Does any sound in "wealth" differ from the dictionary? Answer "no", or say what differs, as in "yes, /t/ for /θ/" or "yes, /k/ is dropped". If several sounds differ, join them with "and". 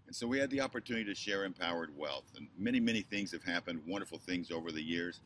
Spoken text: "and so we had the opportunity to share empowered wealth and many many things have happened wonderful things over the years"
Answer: no